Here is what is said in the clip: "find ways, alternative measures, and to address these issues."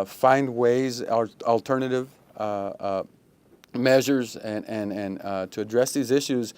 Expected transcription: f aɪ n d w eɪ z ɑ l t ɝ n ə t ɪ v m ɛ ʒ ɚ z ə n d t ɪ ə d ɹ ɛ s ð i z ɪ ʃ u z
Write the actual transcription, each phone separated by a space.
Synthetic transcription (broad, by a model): f aɪ n d w eɪ z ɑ l t ɝ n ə t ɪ v m ɛ ʒ ɚ z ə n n t ɪ ə d ɹ ɛ s ð i z ɪ ʃ u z